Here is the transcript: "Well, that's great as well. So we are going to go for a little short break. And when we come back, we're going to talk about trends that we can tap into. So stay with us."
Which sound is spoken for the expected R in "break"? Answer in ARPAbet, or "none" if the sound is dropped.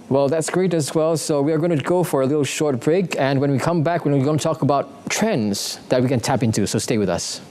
R